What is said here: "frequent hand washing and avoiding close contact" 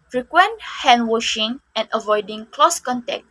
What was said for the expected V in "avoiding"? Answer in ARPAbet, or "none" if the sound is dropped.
V